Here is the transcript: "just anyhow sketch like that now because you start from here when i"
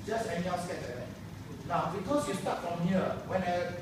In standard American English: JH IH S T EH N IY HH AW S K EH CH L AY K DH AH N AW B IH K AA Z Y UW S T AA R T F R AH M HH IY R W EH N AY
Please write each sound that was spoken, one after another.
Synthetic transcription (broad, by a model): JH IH S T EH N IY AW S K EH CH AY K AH N AW B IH K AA S Y UW S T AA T F R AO M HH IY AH W EH N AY